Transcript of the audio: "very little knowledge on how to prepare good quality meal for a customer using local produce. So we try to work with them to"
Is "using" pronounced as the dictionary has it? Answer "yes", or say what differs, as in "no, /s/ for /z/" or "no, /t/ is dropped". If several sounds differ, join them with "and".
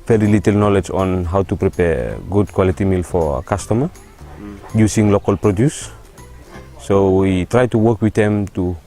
no, /s/ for /z/